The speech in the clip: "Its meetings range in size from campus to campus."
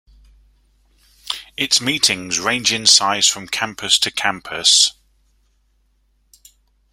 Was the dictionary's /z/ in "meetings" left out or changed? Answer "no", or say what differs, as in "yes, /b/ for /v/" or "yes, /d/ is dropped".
no